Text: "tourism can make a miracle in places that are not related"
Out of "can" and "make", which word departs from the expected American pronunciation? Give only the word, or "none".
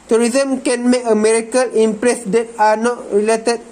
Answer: make